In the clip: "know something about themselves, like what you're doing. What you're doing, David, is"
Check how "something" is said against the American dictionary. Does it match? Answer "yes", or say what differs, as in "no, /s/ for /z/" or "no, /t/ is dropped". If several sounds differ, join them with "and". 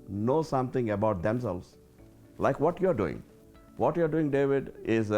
no, /t/ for /θ/